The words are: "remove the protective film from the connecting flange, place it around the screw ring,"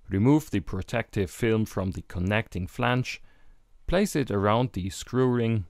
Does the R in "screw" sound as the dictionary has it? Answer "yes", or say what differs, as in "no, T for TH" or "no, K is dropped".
yes